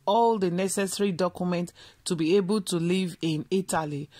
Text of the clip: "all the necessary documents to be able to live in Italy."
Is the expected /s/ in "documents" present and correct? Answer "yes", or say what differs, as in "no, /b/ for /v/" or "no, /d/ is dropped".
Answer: no, /s/ is dropped